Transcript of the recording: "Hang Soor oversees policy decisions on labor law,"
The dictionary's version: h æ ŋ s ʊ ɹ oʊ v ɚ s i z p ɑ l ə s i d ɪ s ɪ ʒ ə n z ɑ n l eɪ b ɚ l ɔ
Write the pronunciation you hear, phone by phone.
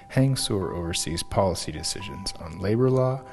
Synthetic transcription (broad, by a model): h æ ŋ s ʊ ɹ oʊ v ɚ s i z p ɑ l ə s i d ɪ s ɪ ʒ ə n z n l eɪ b ɚ l ɔ